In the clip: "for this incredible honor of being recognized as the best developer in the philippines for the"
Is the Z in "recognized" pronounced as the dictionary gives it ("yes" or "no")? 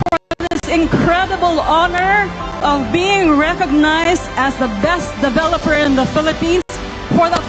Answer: yes